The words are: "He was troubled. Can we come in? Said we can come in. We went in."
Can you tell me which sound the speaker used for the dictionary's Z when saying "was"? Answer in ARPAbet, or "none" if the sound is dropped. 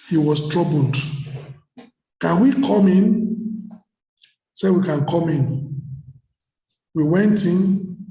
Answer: S